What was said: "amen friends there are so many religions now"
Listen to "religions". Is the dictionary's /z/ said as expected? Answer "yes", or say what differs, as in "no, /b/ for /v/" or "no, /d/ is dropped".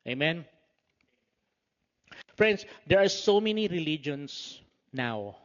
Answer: no, /s/ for /z/